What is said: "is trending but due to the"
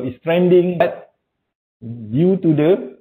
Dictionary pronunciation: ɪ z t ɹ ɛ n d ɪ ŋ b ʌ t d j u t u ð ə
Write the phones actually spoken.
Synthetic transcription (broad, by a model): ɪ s t ɹ ɛ n d ɪ ŋ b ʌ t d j u t u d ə